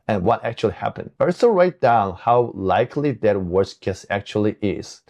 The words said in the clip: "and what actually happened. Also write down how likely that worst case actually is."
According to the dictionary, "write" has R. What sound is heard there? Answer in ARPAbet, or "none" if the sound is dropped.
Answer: R